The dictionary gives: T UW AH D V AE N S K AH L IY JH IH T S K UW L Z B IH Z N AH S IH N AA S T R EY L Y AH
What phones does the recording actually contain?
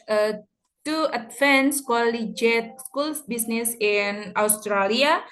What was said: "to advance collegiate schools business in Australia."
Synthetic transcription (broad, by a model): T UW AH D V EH N S K AH L IY JH IH T S K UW L B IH S N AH S IH N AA S T R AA L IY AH